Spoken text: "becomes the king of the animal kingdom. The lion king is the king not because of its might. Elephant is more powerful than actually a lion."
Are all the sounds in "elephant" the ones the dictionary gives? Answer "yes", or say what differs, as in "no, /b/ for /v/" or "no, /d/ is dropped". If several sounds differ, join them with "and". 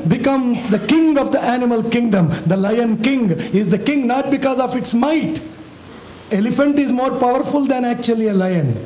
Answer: yes